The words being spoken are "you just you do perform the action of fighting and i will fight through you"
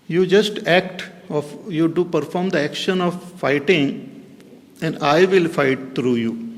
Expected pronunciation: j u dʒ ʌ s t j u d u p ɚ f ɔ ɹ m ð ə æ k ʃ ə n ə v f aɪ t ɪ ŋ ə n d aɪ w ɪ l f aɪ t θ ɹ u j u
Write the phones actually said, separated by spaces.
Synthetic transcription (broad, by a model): j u dʒ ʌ s t j u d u p ɚ f ɔ ɹ m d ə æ k ʃ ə n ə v f aɪ t ɪ ŋ ə n d aɪ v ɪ l f aɪ t t ɹ u j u